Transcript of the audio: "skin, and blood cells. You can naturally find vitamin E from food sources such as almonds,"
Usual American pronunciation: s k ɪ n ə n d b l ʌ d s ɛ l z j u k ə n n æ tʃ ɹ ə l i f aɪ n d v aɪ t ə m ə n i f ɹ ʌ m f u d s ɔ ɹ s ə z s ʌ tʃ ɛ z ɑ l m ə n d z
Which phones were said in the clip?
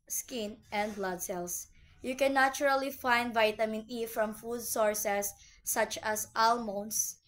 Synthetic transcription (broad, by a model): s k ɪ n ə n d b l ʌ d s ɛ l s j u k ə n n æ tʃ ɹ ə l i f aɪ n d v aɪ t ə m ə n i f ɹ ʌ m f u d s ɔ ɹ s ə s ʌ tʃ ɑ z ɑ l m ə n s